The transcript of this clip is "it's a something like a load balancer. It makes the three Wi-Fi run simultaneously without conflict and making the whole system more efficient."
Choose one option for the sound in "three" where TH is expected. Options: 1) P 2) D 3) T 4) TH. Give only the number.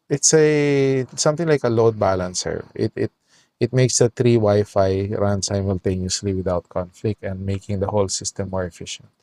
3